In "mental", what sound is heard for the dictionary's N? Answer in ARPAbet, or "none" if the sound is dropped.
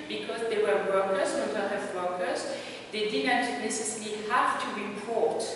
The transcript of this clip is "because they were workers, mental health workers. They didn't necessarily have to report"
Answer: none